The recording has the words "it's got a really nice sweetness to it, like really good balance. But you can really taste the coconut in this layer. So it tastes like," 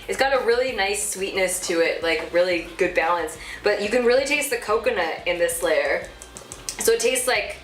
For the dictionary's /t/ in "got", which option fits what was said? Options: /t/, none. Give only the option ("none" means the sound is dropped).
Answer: /t/